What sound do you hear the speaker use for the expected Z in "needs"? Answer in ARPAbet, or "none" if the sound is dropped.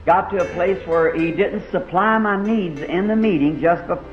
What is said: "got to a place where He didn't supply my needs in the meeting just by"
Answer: Z